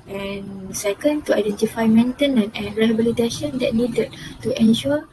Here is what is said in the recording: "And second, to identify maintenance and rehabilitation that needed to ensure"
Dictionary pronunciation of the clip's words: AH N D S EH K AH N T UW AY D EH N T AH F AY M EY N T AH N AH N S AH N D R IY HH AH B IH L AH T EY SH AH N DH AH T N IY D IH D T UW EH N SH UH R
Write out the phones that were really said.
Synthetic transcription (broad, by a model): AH N S EH K AH N T UW AY D EH N T AH F AY M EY N T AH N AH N AH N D R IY HH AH B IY L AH T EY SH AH N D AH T N IY D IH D T UW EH N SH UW